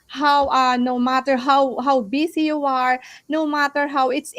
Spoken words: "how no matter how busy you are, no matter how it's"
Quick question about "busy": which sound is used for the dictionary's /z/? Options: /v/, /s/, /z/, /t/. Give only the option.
/s/